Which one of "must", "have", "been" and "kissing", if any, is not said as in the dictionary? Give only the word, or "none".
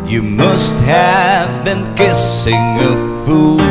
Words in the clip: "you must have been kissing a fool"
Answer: none